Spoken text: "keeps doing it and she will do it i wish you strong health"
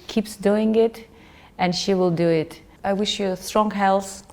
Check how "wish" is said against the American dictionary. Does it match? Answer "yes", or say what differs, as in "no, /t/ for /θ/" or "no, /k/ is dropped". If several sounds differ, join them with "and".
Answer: yes